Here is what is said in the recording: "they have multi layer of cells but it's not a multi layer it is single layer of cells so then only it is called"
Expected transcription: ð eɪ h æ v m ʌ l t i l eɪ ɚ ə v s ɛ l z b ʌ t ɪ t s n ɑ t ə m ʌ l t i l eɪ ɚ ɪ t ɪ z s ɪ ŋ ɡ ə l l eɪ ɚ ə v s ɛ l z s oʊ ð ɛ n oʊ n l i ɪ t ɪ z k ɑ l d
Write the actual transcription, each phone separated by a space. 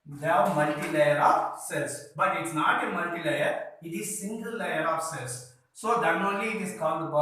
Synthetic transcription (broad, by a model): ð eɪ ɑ m ʌ l t i l eɪ ɚ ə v s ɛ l s b ʌ t ɪ t s n ɑ t ə m ʌ l t i l eɪ ɚ ɪ t ɪ z s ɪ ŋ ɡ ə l l eɪ ɚ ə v s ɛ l s oʊ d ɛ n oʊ l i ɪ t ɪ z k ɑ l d